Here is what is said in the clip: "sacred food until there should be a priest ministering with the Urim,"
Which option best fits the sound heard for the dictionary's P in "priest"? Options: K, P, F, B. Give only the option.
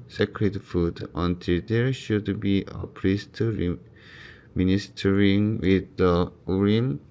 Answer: P